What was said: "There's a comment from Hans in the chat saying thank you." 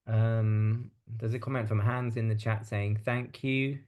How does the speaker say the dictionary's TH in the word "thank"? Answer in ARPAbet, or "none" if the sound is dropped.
TH